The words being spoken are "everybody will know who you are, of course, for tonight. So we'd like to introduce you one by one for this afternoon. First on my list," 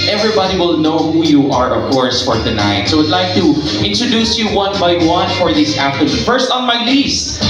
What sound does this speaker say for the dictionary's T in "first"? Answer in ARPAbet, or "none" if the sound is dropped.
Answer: T